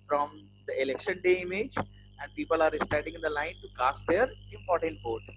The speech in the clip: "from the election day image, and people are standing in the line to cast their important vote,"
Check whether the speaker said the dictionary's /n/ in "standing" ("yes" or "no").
no